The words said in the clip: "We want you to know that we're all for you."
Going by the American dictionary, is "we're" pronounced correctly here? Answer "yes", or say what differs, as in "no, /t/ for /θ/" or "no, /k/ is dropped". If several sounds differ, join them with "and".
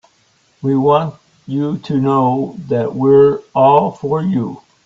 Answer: yes